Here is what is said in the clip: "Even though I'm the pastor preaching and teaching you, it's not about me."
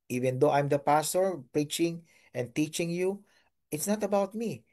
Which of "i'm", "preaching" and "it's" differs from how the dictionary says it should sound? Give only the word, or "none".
none